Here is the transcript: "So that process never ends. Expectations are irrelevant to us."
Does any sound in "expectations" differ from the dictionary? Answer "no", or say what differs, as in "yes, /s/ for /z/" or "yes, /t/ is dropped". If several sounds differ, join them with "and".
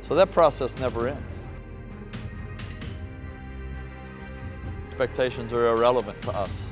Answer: no